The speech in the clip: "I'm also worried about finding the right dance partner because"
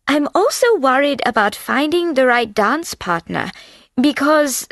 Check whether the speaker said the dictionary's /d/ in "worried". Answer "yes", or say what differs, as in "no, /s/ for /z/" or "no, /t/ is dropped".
yes